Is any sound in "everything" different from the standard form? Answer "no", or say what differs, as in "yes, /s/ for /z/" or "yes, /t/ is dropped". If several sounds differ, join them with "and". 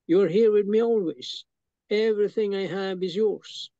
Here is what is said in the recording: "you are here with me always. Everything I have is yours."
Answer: no